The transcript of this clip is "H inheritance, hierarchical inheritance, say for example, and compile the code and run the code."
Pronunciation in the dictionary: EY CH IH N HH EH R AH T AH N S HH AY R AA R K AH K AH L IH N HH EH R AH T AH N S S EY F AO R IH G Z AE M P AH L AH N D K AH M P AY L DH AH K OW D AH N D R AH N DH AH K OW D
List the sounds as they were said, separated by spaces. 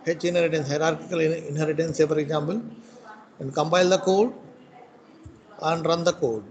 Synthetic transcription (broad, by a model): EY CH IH N HH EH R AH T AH N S HH AY R AA R K AH K AH L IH N HH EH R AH T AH N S S EY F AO R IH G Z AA M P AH L AH N D K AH M B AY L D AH K OW D AH N D R AH N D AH K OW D